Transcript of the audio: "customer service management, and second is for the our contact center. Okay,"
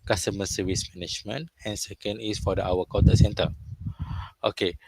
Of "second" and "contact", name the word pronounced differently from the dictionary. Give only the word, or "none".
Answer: contact